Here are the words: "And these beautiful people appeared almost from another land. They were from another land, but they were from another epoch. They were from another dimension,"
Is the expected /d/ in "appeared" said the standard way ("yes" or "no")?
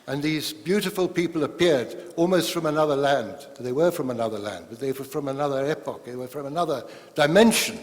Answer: yes